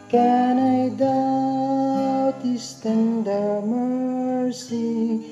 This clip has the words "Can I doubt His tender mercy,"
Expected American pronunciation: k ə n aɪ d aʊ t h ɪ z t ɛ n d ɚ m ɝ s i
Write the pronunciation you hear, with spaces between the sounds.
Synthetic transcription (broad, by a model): k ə n aɪ d aʊ t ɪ s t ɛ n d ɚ m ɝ s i